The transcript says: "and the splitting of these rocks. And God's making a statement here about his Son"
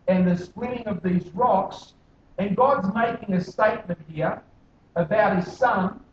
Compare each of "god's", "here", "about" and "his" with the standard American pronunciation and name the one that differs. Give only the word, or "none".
none